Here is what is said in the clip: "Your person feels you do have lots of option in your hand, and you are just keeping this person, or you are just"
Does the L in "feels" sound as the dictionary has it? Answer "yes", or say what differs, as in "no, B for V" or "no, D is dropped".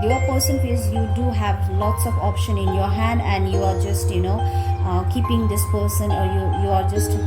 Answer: no, L is dropped